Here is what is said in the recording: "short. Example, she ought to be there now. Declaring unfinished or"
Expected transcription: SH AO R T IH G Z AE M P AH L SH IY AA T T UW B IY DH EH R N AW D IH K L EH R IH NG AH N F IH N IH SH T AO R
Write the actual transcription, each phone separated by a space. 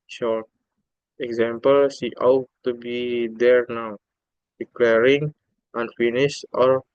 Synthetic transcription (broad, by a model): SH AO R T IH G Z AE M P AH L S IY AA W T UW B IY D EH R N AW D IH K L EH R IH NG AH N F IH N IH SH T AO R